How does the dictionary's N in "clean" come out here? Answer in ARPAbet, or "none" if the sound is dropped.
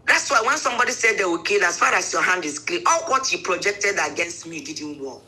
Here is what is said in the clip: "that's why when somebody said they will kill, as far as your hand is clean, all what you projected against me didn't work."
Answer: none